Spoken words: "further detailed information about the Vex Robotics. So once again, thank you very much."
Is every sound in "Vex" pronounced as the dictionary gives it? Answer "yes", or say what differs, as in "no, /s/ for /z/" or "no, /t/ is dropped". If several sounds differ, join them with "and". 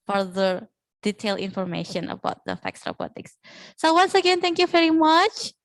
no, /f/ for /v/